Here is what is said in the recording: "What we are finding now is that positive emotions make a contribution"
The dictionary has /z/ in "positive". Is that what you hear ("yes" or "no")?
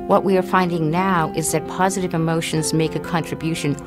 yes